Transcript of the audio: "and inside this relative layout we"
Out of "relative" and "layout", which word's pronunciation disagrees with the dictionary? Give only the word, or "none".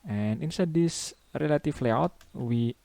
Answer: relative